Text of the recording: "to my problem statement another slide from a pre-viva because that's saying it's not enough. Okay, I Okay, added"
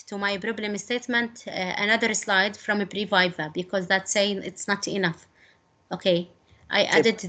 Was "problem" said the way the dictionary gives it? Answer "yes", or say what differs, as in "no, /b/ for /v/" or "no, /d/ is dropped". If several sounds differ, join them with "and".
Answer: no, /b/ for /p/